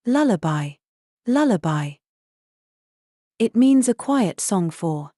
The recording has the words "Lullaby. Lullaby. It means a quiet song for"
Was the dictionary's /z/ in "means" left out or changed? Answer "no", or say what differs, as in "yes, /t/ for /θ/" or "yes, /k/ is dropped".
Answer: no